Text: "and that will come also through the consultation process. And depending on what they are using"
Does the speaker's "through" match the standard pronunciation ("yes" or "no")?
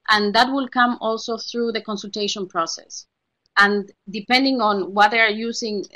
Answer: yes